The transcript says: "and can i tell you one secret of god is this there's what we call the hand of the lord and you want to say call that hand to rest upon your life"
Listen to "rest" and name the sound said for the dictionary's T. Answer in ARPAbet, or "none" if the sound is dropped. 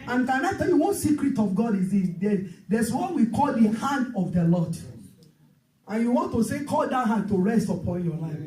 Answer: T